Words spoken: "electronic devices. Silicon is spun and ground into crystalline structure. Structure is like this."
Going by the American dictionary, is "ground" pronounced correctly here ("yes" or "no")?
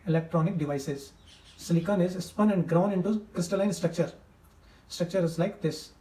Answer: no